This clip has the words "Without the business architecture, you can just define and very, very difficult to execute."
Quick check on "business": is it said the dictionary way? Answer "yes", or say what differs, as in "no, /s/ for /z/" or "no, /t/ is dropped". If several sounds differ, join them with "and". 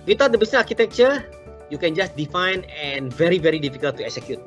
no, /s/ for /z/ and /s/ is dropped